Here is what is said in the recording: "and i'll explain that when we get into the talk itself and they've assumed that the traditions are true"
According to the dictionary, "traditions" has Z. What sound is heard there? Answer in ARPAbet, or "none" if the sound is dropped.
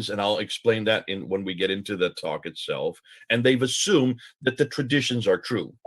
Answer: Z